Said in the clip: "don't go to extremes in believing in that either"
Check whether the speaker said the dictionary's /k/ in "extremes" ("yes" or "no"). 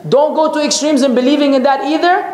yes